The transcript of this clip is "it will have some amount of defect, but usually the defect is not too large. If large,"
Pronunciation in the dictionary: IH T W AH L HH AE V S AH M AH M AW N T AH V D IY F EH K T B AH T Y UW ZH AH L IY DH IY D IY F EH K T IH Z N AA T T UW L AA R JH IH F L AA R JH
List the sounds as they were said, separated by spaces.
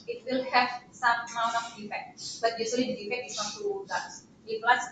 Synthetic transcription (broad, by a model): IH T W AH L HH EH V S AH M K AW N AH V D IY F EH K T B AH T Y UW S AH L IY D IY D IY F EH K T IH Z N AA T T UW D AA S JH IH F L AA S